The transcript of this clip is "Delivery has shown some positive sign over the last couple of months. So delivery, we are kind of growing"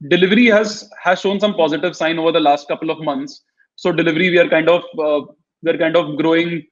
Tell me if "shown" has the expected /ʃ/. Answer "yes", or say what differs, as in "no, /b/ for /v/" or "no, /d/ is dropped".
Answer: yes